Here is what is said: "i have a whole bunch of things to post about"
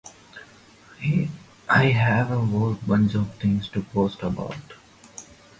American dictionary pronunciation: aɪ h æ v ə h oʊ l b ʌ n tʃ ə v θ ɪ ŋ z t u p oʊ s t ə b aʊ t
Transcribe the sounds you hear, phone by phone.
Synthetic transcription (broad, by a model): aɪ h æ v ə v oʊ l b ʌ n tʃ ə v t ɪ ŋ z t u p oʊ s t ə b aʊ t